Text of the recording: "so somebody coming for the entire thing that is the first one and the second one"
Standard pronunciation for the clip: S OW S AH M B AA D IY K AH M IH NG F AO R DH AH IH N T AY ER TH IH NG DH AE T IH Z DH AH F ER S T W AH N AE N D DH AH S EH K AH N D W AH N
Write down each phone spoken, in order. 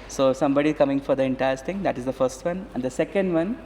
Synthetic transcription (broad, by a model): S OW S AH M B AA D IY K AH M IH NG F AO R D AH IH N T AY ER S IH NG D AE T IH Z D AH F ER S T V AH N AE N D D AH S EH K AH N D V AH N